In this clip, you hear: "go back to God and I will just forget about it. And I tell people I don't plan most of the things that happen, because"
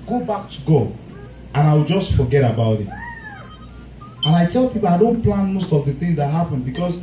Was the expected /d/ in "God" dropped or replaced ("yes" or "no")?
yes